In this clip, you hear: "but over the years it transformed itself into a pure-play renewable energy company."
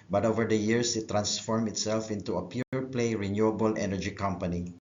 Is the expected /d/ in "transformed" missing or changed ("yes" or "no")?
yes